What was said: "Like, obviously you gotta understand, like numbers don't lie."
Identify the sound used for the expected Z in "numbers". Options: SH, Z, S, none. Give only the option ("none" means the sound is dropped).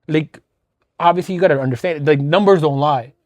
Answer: Z